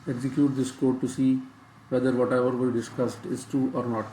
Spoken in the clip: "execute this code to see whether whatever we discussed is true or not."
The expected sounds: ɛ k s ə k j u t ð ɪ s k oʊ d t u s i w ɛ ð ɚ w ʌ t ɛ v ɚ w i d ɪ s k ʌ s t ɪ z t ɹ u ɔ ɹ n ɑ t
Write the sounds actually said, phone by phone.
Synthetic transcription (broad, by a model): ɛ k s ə k j u t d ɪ s k oʊ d t u s i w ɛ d ɚ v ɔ t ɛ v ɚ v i d ɪ s k ʌ s t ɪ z t u ɔ ɹ n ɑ t